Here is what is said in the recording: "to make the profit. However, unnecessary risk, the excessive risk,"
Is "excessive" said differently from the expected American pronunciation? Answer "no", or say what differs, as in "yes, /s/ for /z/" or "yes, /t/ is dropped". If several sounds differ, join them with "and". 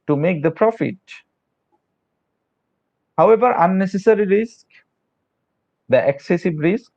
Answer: yes, /b/ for /v/